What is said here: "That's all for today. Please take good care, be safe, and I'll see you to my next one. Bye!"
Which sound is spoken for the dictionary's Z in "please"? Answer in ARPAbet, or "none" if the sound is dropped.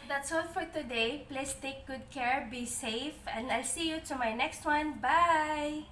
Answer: S